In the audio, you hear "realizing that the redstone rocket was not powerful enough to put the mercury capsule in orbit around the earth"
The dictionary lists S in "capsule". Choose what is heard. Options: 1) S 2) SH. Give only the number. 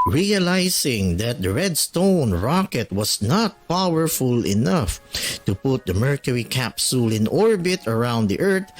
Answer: 1